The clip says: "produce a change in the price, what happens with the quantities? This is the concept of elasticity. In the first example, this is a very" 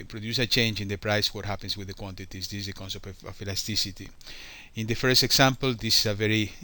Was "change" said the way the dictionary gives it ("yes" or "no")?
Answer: yes